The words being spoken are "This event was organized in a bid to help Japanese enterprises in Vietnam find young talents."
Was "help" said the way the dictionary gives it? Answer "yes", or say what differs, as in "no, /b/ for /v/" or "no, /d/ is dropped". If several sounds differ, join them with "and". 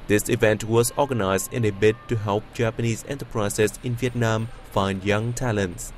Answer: yes